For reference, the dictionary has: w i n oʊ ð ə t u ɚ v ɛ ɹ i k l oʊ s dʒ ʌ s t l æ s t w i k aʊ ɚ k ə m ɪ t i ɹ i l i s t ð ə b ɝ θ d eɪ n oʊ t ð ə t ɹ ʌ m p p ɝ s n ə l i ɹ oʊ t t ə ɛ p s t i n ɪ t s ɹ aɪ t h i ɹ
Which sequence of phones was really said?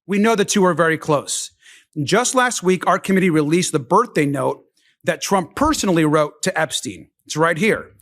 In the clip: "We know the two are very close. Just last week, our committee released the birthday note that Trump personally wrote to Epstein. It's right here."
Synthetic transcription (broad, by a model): w i n oʊ ð ə t u ɚ v ɛ ɹ i k l oʊ s dʒ ʌ s t l æ s t w i k aʊ ɚ k ə m ɪ t i ɹ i l i s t ð ə b ɝ θ d eɪ n oʊ t ð ə t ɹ ʌ m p p ɝ s n l i ɹ oʊ t t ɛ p s t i n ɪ t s ɹ aɪ t h i ɹ